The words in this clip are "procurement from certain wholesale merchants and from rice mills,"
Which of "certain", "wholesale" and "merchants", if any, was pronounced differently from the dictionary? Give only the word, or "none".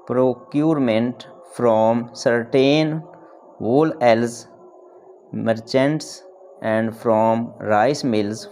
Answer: wholesale